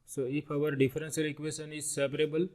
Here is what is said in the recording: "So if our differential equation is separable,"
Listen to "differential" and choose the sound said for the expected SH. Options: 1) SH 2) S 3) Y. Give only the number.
2